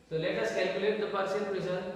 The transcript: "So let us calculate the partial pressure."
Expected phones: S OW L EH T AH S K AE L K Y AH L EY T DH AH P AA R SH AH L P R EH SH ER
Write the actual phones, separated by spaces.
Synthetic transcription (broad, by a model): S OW L EH T AH S K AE L K Y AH L EY T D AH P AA R S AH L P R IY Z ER